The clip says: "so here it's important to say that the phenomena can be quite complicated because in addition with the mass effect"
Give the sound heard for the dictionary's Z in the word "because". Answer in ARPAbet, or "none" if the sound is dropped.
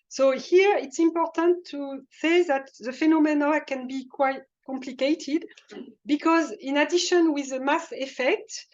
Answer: Z